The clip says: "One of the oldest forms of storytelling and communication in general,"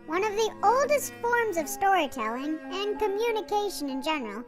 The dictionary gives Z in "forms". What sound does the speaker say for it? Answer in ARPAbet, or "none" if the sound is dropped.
Z